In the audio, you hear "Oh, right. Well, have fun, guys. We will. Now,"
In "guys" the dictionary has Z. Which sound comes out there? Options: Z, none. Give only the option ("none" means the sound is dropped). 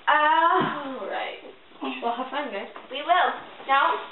none